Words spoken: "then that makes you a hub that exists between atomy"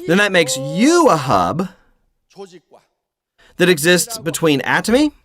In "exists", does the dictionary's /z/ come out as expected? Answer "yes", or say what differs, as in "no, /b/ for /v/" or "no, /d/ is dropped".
yes